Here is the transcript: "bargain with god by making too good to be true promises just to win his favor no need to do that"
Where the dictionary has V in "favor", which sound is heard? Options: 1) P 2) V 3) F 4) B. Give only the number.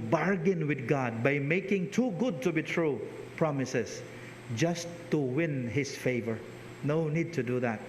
2